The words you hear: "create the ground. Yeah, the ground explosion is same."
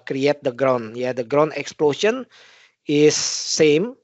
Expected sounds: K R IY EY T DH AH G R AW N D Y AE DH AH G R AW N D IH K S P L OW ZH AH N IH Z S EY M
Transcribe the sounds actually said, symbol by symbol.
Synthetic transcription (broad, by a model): K R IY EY T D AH G R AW N Y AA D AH G R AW N IH K S P L OW SH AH N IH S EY M